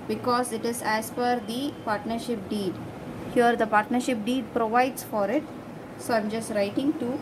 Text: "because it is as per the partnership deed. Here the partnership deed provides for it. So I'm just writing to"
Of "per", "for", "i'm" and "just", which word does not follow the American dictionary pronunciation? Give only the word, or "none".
per